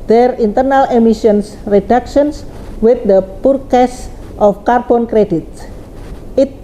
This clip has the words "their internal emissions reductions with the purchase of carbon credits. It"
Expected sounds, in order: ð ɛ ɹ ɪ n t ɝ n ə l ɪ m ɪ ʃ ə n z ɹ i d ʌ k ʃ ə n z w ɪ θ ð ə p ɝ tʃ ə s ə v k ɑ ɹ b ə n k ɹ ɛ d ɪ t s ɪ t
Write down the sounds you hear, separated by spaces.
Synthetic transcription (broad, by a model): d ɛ ɹ ɪ n t ɝ n ə l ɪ m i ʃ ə n s ɹ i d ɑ k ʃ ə n s w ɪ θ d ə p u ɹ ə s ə f k ɑ ɹ b ə n k ɹ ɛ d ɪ t ɪ t